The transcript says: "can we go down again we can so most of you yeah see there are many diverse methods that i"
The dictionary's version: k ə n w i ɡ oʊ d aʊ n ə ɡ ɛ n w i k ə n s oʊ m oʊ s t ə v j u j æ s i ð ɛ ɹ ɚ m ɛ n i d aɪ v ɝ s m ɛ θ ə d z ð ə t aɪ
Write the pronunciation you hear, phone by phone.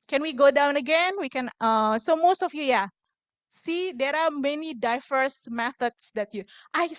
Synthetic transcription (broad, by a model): k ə n w i ɡ oʊ d aʊ n ə ɡ ɛ n w i k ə n s oʊ m oʊ s t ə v j u j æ s i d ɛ ɹ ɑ m ɛ n i d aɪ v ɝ s m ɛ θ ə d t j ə t aɪ